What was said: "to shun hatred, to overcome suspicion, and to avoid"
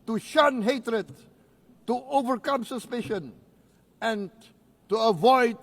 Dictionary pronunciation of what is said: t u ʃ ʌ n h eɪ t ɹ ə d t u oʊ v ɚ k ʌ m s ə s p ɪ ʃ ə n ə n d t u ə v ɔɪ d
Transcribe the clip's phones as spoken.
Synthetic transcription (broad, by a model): t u ʃ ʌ n h eɪ t ɹ ə d t u oʊ v ɚ k ʌ m s ə s p ɪ ʃ ə n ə n t u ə v ɔɪ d